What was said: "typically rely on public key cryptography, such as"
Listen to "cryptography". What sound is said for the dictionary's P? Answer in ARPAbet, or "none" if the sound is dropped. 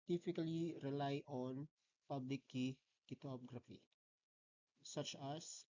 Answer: none